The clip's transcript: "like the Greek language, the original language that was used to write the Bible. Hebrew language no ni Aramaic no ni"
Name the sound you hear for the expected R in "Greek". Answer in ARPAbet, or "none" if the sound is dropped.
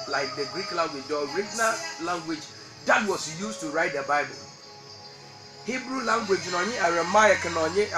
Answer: R